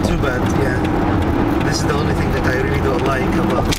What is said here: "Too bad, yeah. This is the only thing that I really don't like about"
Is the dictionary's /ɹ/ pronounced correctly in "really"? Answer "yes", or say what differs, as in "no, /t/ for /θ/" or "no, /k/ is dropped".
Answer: yes